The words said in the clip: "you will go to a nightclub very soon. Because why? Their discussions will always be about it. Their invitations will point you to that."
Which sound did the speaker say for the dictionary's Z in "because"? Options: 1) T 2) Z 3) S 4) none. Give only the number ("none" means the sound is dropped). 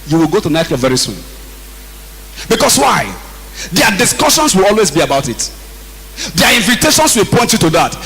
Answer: 3